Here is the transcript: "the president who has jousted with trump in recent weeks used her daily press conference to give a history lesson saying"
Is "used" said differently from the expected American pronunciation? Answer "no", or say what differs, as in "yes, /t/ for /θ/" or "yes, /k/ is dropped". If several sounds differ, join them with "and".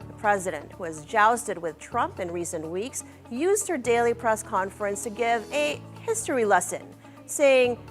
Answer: no